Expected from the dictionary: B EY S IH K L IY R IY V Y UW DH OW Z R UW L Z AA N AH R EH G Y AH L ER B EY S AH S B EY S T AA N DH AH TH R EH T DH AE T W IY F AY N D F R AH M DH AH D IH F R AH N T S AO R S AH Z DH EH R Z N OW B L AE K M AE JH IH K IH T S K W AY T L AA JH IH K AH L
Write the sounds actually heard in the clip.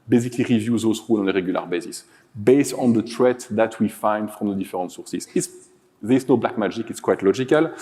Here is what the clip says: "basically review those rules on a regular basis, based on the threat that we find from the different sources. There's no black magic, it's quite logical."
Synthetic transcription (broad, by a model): B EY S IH K L IY R IY V Y UW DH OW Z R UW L AA N AH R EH G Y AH L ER B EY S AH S B EY S T AA N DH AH T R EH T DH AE T W IY F AY N D F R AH M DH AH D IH F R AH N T S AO R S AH S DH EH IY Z N OW B L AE K M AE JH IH K IH T S K W AY T L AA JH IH K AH L